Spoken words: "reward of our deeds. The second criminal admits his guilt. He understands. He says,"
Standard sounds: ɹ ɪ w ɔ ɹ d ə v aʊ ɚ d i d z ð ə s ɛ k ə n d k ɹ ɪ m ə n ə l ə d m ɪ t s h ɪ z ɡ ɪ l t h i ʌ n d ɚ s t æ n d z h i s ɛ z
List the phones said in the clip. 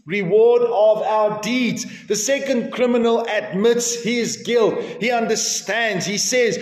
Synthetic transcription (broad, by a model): ɹ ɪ w ɔ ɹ d ə v aʊ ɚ d i d z ð ə s ɛ k ə n d k ɹ ɪ m ə n ə l ə d m ɪ t s h ɪ z ɡ ɪ l t h i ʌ n d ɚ s t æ n d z h i s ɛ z